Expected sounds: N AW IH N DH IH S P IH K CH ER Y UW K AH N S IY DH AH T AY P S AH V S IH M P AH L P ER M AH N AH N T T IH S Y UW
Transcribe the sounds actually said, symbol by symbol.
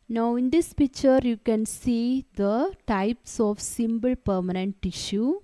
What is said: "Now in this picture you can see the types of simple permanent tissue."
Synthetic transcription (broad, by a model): N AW IH N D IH S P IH K CH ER Y UW K AH N S IY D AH T AY P S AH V S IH M B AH L P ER M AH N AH N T T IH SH Y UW